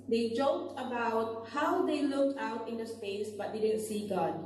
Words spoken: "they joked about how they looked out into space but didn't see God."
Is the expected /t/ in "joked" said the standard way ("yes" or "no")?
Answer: yes